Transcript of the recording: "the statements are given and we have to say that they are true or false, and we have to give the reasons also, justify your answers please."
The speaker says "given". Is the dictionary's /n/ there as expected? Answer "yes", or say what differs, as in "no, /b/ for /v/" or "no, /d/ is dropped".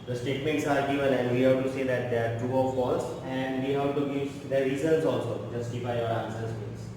no, /l/ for /n/